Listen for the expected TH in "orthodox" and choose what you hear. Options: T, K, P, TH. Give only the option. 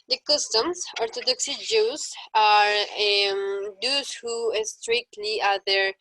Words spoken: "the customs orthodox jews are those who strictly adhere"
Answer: T